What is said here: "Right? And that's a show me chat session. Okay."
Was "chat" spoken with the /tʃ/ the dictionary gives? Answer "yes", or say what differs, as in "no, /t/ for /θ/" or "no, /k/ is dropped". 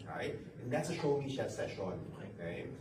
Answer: no, /ʃ/ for /tʃ/